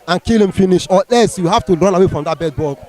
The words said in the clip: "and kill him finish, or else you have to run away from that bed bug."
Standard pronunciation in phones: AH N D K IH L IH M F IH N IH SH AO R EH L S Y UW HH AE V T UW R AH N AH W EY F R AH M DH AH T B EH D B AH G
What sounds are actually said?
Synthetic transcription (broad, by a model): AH N K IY L IH M F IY N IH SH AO L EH S Y UW HH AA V T UW R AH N AH W EY F R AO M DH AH T B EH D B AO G